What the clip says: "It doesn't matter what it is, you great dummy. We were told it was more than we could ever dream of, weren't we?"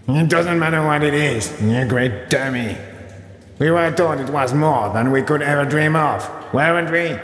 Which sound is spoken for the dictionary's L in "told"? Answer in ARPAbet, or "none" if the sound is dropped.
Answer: none